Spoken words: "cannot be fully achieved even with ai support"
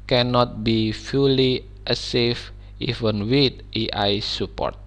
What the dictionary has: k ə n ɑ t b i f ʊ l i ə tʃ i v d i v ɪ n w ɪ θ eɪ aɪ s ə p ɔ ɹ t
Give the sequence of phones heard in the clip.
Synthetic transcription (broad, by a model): k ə n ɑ t b i f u l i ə s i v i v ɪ n w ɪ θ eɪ aɪ s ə p ɔ ɹ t